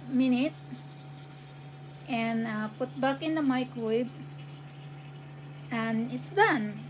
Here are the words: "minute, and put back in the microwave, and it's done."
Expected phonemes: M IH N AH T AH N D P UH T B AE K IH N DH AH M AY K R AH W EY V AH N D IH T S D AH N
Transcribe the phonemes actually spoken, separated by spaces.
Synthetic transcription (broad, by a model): M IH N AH T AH N P UH T B AE K IH N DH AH M AY K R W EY B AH N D IH T S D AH N